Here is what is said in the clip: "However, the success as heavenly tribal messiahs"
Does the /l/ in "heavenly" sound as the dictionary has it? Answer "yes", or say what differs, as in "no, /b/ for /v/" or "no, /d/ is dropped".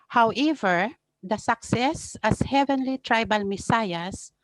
yes